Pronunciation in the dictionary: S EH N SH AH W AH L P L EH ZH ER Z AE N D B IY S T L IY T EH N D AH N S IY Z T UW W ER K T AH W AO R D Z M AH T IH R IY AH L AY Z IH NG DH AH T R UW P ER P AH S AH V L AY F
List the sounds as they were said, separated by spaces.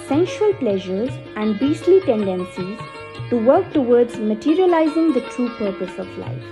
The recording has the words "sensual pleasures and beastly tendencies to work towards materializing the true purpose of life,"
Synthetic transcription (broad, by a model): S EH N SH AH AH L P L EH ZH ER Z AE N D B IY S T L IY T EH N D AH N S IY Z T UW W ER K T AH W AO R D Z M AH T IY R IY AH L AY Z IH NG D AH T R UW P ER P AH S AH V L AY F